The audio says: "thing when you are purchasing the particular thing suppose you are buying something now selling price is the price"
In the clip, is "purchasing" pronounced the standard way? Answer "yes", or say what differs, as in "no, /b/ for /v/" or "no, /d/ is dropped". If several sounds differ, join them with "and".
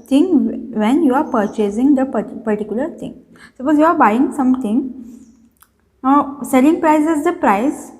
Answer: yes